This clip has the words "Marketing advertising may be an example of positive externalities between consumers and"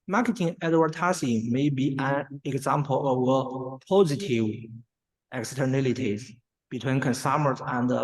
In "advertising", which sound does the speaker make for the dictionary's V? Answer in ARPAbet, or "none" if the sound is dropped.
W